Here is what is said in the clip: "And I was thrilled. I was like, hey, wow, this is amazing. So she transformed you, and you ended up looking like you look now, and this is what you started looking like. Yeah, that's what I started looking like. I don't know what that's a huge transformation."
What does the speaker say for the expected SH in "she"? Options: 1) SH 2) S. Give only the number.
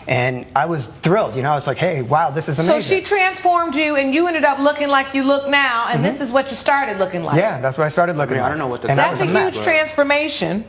1